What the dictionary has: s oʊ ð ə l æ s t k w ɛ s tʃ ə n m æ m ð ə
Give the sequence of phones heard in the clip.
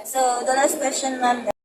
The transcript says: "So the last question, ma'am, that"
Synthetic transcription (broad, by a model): s oʊ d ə n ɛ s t k w ɛ s tʃ ə n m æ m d